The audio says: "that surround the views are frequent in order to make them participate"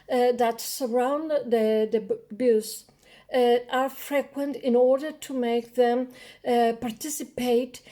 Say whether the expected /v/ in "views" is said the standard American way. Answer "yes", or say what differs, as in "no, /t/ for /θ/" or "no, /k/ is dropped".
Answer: no, /b/ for /v/